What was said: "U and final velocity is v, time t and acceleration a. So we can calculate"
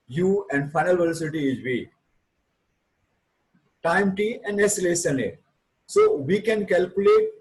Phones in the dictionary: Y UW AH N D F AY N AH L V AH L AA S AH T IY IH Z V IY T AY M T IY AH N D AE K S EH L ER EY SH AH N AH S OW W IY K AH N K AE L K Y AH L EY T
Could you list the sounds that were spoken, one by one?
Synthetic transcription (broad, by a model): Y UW AH N D F AY N AH L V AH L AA S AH T IY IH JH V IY T AY M T IY AH N D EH S L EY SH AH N AH S OW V IY K AH N K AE L K Y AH L EY T